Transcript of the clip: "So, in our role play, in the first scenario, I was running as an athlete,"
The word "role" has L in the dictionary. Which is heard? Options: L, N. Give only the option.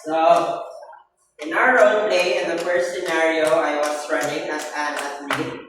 N